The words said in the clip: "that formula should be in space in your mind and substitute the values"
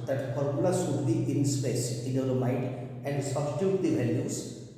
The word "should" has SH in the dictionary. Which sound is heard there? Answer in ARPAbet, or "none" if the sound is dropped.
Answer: S